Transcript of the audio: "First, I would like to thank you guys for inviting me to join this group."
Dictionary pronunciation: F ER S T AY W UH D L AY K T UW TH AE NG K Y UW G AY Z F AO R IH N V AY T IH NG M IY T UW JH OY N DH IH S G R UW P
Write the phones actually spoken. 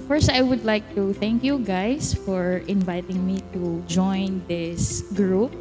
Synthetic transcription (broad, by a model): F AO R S AY W UH D L AY K T UW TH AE NG K Y UW G AY S F AO R IH N V AY T IH NG M IY T UW JH OY N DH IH S G R UW P